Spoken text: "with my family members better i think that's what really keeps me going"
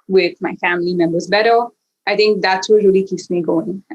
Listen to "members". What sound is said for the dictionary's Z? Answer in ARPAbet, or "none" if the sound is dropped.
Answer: Z